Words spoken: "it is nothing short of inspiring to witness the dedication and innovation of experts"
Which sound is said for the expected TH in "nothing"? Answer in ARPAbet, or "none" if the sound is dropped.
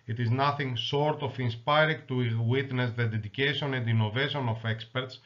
TH